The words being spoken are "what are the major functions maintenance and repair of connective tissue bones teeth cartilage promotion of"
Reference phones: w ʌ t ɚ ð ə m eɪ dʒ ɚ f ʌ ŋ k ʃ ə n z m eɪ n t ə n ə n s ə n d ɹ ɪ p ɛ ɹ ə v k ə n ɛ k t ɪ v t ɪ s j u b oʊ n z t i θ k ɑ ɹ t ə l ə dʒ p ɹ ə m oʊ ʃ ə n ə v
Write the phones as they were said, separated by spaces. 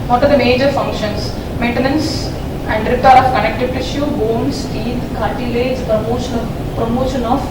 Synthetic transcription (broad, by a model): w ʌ t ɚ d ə m eɪ dʒ ɚ f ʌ ŋ k ʃ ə n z m eɪ n t ə n ə n s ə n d ɹ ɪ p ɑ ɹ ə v k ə n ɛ k t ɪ p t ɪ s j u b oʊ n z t i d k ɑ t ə l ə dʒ p ɹ ə m oʊ ʃ ə n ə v